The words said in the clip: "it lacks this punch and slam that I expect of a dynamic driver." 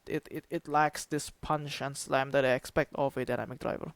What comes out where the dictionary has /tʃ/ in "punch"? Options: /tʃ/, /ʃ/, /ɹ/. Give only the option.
/ʃ/